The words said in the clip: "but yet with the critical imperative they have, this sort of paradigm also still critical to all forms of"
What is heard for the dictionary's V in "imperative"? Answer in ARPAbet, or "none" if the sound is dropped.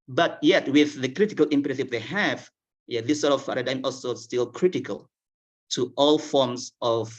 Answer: P